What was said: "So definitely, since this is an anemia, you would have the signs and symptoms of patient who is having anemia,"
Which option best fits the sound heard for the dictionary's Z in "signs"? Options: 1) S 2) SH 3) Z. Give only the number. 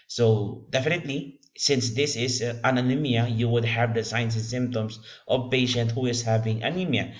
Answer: 1